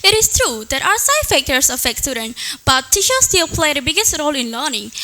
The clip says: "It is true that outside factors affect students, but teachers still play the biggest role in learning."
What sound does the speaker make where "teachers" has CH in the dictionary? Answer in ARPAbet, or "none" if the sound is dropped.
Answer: SH